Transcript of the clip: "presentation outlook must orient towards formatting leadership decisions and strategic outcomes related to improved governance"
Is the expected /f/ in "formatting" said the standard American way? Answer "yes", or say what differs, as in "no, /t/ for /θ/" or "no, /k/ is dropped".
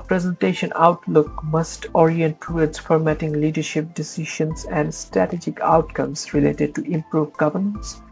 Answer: yes